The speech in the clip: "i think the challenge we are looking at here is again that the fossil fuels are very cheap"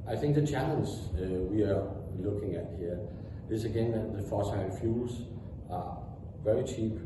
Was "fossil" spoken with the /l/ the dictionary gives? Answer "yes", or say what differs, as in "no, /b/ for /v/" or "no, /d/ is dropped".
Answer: no, /n/ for /l/